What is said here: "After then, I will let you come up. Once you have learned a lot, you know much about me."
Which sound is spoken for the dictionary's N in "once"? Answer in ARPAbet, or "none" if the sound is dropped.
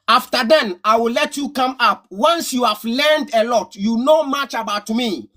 N